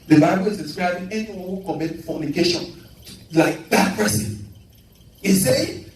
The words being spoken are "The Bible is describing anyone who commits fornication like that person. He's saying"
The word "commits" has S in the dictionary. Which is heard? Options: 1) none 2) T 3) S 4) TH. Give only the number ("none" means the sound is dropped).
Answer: 1